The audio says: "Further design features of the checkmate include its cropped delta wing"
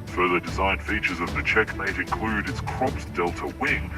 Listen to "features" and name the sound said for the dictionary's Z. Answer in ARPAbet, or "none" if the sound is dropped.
Z